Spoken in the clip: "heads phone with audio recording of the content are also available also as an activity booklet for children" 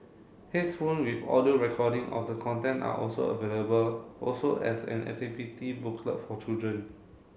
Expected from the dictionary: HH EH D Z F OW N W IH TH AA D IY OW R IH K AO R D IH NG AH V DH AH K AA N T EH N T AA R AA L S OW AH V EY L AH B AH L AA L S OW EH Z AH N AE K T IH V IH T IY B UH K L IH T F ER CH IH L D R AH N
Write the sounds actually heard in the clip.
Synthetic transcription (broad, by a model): HH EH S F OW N W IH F AA D IY OW R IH K AO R D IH NG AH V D AH K AA N T EH N T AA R AA L S OW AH V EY L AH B AH L AA L S OW EH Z AH N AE T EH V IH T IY B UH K L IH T F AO CH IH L D R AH N